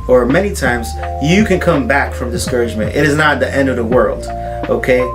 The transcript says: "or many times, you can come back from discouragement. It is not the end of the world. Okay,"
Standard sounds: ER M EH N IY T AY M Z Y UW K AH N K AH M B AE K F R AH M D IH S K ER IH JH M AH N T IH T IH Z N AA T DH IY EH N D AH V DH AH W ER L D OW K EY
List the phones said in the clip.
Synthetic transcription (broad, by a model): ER M EH N IY T AY M Z Y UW K AH N K AH M B AE K F R AH M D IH S K ER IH JH M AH N T IH T IH Z N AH T DH IY EH N D AH V DH AH W ER L D OW K EY